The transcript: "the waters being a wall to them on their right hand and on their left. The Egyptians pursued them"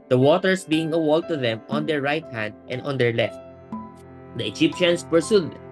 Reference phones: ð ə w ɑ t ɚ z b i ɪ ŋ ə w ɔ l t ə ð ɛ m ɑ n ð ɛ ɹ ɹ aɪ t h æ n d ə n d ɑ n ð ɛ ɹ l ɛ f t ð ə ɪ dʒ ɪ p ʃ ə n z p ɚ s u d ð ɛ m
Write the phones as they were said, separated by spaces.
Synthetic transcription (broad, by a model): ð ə w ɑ t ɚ s b i ɪ ŋ ə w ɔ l t ə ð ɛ m ɑ n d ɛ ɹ ɹ aɪ t h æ n d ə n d ɑ n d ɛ ɹ l ɛ f t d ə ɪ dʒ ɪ p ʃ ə n s p ɚ s u d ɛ